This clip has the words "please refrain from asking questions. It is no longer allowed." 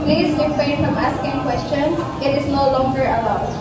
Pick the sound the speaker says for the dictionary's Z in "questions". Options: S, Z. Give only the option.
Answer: S